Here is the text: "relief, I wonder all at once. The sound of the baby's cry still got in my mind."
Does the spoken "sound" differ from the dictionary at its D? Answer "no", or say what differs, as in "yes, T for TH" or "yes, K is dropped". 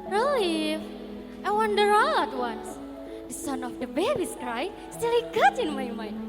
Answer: yes, D is dropped